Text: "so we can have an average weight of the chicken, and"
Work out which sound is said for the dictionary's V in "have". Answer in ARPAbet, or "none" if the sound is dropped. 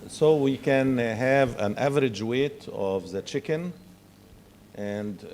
V